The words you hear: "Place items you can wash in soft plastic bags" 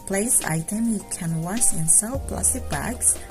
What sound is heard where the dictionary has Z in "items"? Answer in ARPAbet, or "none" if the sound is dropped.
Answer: none